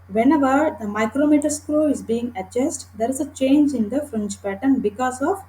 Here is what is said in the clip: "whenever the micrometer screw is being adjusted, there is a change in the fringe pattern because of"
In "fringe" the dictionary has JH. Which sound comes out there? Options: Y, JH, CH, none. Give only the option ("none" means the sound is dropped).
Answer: CH